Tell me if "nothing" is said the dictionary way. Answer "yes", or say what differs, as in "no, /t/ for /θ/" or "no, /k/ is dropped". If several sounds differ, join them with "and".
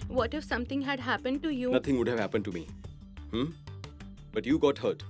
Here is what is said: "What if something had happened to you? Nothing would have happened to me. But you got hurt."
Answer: no, /t/ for /θ/